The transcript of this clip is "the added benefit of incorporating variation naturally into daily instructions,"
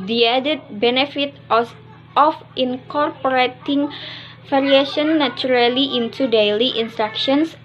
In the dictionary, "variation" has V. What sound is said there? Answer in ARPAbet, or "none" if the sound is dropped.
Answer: F